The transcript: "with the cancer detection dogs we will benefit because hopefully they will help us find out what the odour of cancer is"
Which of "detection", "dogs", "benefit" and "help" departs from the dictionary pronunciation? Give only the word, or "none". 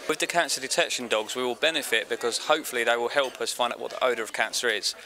none